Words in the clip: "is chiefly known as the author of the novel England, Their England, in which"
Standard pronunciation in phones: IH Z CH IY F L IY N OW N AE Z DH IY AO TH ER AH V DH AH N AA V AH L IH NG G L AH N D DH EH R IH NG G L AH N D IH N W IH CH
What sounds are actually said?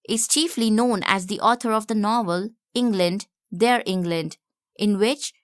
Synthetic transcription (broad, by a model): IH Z CH IY F L IY N OW N AE Z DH IY AO T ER AH V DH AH N AA V AH L IH NG G L AH N D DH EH R IH NG G L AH N D IH N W IH CH